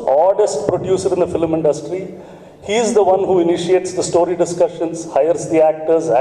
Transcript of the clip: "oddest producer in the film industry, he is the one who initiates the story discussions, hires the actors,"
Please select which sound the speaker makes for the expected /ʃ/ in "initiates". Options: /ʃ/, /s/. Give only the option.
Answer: /ʃ/